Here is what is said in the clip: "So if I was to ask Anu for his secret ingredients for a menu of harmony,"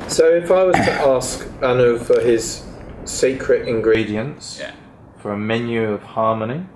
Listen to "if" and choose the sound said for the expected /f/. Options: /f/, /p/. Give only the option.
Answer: /f/